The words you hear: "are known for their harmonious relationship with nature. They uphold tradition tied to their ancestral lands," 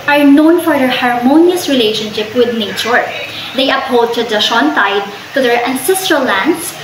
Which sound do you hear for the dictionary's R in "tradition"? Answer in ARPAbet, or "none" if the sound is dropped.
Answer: none